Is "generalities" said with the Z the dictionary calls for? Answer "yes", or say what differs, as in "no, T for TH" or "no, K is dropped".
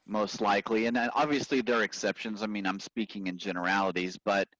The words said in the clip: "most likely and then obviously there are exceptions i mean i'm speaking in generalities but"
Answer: yes